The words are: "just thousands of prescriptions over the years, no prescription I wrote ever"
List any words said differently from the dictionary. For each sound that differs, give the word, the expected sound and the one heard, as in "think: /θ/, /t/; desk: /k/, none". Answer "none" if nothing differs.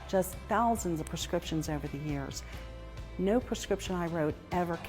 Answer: none